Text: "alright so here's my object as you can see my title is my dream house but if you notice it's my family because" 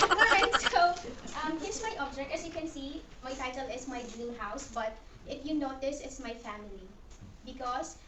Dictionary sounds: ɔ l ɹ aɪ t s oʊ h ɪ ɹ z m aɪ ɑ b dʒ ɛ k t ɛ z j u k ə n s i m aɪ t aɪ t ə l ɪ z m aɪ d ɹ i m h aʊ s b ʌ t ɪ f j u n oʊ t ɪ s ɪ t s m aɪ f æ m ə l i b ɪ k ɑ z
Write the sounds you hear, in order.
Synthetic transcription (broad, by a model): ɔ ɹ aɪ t s oʊ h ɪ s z m aɪ ɑ b dʒ ɛ k t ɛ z j u k ə n s i m aɪ t aɪ t ə l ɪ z m aɪ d i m h aʊ s b ʌ t ɪ f j u n oʊ t ɪ s ɪ t s m aɪ f æ m ə l i b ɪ k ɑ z